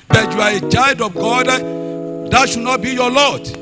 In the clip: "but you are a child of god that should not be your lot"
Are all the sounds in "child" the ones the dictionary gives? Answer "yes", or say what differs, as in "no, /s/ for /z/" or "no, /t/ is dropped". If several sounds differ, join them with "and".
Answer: no, /l/ is dropped